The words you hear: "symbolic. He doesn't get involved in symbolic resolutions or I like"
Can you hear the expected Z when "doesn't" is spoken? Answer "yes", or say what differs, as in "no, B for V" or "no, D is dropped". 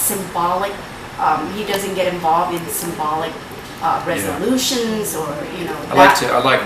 yes